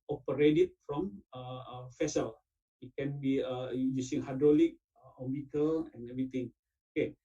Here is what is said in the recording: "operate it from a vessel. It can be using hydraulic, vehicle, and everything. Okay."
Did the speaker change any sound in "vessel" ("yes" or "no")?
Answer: yes